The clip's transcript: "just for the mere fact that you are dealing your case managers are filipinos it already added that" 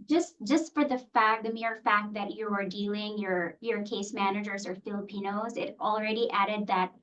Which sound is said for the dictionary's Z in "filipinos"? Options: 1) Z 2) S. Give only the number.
1